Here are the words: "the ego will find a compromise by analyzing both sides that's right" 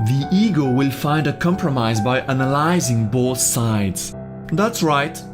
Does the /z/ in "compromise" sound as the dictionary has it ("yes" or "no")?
yes